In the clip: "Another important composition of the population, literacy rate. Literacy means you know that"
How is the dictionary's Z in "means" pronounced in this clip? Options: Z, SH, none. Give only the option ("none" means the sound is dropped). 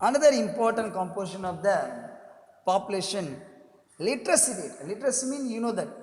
none